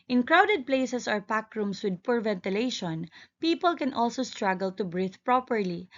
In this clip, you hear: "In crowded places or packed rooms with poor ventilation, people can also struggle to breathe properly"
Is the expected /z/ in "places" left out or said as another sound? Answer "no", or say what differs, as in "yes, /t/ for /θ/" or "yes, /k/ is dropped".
yes, /s/ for /z/